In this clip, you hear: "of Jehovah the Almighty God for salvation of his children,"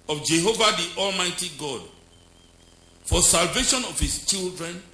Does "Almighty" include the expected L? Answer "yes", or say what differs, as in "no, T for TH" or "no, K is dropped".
yes